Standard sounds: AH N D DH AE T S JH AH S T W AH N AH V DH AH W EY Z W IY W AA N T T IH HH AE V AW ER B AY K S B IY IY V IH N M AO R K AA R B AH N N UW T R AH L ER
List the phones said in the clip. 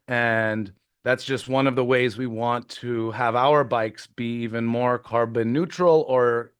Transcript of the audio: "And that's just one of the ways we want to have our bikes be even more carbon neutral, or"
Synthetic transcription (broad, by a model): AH N DH AE T S JH AH S T W AH N AH V DH AH W EY Z W IY W AA N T T IH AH V AW ER B AY K S B IY IY V IH N M AO R K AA R B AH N N UW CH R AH L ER